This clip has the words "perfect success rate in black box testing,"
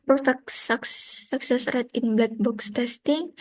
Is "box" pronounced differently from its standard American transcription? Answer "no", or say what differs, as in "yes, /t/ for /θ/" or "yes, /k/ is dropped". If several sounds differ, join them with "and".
no